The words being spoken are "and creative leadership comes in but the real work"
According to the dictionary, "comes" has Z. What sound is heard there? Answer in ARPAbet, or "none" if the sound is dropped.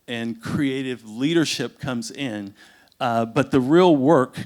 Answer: Z